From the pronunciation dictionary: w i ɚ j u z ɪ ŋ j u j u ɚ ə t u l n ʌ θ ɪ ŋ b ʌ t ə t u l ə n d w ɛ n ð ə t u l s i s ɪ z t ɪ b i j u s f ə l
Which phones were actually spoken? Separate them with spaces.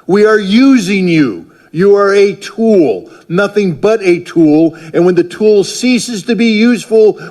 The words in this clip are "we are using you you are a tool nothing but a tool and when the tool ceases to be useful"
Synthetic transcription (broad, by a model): w i ɚ j u z ɪ ŋ j u j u ɚ ə t u l n ʌ θ ɪ ŋ b ʌ t ə t u l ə n w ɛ n ð ə t u l s i s ɪ z t ɪ b i j u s f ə l